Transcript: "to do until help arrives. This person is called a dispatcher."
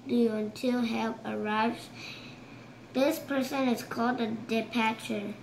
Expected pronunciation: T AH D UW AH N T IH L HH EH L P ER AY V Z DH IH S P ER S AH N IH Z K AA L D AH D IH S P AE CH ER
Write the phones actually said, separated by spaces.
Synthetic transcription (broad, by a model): D UW AH N T IH L HH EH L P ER AY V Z DH IH S P ER S AH N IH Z K AA L D AH D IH P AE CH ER